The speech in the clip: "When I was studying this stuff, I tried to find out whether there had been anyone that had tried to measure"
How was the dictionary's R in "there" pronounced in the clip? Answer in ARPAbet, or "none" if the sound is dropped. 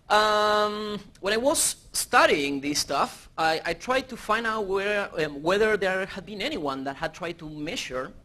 R